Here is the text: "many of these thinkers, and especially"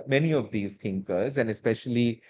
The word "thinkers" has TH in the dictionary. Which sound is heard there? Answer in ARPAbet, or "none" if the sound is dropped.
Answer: T